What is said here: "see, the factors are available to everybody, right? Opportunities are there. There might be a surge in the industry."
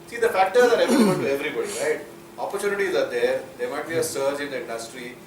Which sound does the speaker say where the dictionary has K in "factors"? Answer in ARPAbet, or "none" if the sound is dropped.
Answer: none